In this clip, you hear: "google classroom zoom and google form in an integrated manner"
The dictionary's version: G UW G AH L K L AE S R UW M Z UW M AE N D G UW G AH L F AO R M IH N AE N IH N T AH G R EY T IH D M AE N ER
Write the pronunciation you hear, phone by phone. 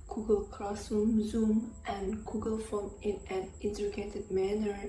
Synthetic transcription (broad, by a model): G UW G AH L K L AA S UW M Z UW M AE N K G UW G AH L F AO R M IH N AE N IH N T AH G EY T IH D M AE N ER